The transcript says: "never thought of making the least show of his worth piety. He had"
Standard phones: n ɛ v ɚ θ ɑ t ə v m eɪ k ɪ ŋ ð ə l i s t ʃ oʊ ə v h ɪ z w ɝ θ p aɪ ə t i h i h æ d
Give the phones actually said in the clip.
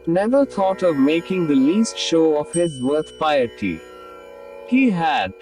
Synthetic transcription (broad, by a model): n ɛ v ɚ t ɑ t ə v m eɪ k ɪ ŋ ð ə l i s t ʃ oʊ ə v h ɪ z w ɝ t p aɪ ə t i h i h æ d